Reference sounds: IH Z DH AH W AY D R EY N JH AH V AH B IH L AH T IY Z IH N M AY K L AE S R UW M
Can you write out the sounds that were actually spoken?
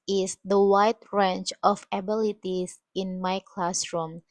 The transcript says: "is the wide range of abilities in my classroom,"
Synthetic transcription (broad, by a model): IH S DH AH W AY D R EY N CH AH F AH B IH L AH T IY S IH N M AY K L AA S R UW M